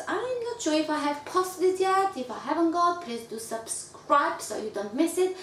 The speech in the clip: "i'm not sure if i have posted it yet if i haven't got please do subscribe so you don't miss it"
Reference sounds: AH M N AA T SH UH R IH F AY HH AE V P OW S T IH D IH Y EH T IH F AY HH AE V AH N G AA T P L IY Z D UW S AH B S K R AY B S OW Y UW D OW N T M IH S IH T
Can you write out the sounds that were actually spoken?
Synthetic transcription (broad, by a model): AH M L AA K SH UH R IH F AY HH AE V P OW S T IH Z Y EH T IH F AY HH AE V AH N G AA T P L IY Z D UW S AH B S K R AY B S OW Y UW D OW N T M IH S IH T